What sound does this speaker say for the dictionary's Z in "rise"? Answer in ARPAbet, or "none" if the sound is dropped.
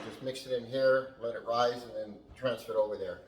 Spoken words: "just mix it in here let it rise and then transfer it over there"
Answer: Z